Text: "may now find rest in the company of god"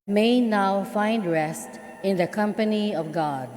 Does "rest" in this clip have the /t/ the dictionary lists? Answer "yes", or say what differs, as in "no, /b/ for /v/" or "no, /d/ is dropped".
yes